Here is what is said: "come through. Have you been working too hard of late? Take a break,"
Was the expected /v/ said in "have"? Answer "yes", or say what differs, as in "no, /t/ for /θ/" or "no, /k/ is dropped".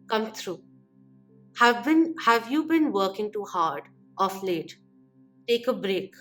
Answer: yes